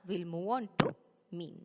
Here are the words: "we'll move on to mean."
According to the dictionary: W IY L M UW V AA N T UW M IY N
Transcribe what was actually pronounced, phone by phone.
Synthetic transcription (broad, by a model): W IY L M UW W AA N T UW M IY N